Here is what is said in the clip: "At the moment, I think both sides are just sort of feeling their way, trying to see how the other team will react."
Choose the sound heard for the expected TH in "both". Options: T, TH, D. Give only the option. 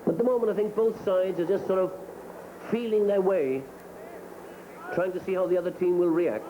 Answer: TH